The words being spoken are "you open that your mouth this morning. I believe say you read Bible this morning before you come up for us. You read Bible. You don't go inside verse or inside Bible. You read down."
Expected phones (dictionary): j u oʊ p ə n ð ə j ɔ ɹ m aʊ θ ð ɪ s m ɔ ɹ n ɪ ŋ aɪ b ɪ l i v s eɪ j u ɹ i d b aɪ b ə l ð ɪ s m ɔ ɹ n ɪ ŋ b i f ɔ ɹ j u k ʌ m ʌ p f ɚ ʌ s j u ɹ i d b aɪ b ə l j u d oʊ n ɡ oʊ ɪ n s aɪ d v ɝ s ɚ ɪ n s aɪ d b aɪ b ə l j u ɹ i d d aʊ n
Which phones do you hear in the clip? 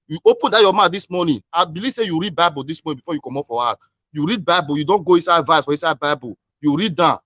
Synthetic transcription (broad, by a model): j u oʊ p ə n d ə j ɔ m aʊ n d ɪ s m ɔ n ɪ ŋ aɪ b ɪ l i v s eɪ j u ɹ i d b aɪ b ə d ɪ s m ɔ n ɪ b i f ɔ j u k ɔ m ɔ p f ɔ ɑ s j u ɹ i d b aɪ b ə j u d oʊ n ɡ oʊ ɪ n s aɪ d v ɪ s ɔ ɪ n s aɪ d b aɪ b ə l j u ɹ i d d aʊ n